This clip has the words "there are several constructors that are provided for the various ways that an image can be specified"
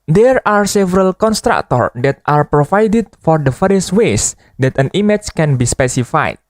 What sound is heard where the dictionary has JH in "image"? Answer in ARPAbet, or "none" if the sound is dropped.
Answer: CH